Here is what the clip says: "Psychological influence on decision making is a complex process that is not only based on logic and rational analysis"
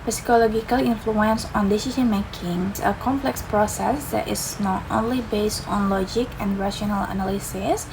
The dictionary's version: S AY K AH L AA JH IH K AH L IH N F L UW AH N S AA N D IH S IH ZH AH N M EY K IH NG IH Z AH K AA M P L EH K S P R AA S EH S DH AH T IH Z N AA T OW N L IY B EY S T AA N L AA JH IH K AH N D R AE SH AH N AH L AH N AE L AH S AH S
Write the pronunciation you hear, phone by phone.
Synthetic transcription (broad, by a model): S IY K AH L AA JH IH K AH L IH N F L UW AH N S AA N D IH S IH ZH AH N M EY K IH NG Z AH K AA M P L EH K S P R AA S EH S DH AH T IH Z N AA T OW N L IY B EY S T AA N L AA JH IH K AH N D R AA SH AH N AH L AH N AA L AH S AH S